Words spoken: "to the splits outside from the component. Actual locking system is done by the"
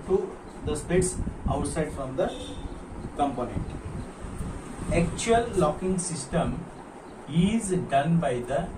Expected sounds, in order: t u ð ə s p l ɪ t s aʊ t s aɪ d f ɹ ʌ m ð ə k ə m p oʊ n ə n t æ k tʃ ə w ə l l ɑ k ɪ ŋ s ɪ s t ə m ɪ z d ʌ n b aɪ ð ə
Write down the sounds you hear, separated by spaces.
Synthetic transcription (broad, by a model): t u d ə s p ɛ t s aʊ t s aɪ d f ɹ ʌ m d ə k ə m p oʊ n ə n t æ k tʃ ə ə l l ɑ k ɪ ŋ s ɪ s t ə m ɪ z d ʌ n b aɪ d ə